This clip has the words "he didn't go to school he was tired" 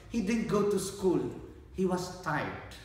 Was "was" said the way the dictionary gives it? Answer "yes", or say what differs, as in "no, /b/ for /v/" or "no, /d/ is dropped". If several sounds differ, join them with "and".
no, /s/ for /z/